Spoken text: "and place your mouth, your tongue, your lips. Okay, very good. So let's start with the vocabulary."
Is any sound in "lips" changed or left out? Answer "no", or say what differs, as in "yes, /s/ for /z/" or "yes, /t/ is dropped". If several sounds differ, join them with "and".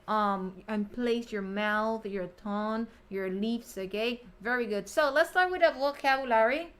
yes, /f/ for /p/